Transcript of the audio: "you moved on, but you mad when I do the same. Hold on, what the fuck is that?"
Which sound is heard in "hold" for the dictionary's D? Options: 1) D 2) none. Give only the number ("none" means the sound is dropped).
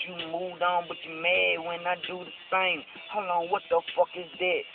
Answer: 2